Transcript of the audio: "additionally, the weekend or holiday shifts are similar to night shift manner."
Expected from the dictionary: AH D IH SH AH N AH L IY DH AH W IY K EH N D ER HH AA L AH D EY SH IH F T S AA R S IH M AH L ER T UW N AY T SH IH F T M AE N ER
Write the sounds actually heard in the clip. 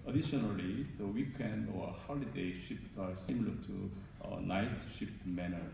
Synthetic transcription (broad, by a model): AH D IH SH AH N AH L IY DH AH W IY K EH N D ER HH AA L AH D EY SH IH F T AA R S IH M L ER T UW N AY T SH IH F T M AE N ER